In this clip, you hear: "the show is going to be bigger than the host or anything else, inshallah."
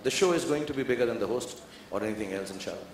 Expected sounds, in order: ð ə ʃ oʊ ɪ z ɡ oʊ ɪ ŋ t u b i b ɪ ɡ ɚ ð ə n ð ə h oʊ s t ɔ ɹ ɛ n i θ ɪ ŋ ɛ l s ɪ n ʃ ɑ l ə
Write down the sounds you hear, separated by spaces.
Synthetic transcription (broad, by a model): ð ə ʃ oʊ ɪ z ɡ oʊ ɪ ŋ t u b i b ɪ ɡ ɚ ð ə n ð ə h oʊ s t ɔ ɹ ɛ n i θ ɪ ŋ ɛ l s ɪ n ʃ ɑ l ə